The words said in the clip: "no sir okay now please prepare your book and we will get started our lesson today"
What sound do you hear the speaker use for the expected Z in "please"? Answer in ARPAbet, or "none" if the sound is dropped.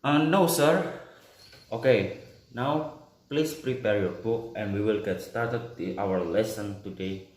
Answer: S